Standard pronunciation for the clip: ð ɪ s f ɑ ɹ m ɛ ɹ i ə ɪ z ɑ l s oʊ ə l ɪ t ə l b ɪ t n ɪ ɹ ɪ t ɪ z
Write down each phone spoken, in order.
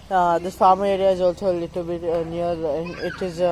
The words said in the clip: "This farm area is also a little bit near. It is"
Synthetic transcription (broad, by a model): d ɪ s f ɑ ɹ m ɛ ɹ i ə ɪ z ɑ l s oʊ l ɪ t ə l b ɪ t n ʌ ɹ ɪ t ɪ z